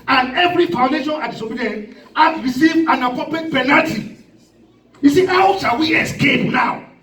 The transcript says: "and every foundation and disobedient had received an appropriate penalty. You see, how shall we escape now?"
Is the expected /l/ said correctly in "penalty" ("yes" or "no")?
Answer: no